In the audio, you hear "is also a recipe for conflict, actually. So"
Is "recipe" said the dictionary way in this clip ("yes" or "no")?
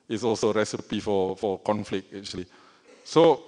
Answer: yes